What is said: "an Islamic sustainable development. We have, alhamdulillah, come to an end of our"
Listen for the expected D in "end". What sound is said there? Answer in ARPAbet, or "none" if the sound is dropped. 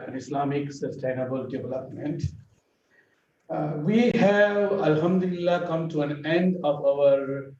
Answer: D